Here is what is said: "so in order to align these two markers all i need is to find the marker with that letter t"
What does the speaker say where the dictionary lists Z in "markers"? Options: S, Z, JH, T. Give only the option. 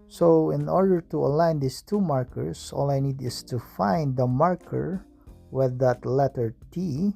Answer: S